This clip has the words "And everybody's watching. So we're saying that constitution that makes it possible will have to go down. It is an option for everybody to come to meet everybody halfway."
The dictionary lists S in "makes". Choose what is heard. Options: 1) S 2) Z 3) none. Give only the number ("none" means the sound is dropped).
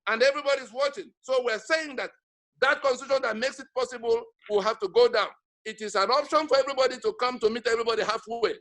1